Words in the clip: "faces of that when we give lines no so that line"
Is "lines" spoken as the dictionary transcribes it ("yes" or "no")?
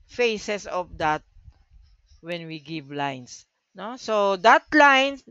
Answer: no